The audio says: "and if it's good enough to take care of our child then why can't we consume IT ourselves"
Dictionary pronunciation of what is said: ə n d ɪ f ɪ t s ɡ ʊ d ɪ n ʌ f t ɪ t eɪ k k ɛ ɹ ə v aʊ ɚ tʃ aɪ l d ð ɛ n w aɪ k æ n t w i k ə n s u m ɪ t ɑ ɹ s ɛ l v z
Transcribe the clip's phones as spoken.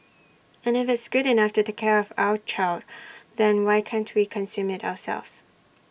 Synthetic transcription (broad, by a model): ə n ɪ f ɪ t s ɡ ʊ d ɪ n ʌ f t ɪ t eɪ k k ɛ ɹ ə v aʊ ɚ tʃ aɪ l d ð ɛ n w aɪ k æ n t w i k ə n s u m ɪ t ɑ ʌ s ɛ l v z